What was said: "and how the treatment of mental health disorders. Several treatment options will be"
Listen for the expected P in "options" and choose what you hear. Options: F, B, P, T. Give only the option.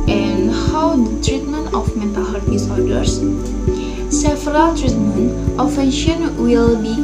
F